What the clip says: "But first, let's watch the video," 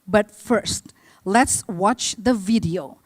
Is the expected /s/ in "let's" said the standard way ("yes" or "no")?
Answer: yes